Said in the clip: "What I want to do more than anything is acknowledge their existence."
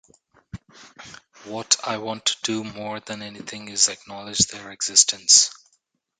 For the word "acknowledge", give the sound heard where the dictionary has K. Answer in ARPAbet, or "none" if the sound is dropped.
K